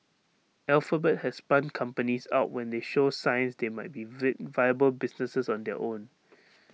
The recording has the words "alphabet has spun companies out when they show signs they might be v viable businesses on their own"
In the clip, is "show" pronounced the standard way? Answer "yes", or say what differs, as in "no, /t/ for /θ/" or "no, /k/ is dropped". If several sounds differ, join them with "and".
yes